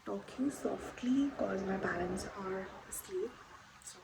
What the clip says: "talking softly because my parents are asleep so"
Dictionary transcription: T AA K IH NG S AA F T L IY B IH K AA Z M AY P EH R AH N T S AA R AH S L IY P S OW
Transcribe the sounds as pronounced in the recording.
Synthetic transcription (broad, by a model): T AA K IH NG S AA F T L IY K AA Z M AY B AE L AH N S AA R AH S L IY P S